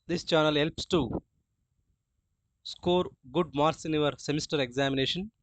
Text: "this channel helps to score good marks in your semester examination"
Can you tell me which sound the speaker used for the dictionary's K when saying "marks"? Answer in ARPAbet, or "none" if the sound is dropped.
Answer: none